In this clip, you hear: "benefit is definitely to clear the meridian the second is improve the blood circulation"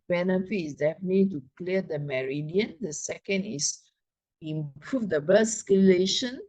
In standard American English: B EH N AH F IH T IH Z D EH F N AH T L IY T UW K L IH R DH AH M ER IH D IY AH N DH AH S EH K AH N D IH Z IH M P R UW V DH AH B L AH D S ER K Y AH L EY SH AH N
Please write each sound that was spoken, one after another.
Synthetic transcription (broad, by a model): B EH N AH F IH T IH S D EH F AH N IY T UW K L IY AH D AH M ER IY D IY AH N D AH S EH K AH N D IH S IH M P R UW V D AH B AH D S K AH L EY SH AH N